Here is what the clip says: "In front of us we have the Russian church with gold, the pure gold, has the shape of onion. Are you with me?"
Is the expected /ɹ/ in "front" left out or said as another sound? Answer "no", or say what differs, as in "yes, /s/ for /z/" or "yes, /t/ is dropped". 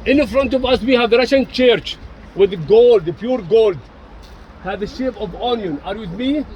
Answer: no